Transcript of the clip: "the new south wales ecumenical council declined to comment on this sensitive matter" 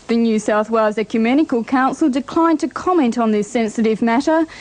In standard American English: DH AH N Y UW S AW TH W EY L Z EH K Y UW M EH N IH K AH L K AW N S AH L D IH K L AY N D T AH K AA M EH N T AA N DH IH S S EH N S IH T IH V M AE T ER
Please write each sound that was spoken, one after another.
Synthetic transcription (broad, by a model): DH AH N Y UW S AW TH W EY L Z EH K Y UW M EH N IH K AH L K AW N S AH L D IH K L AY N T AH K AA M EH N T N DH IH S S EH N S IH T IH V M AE T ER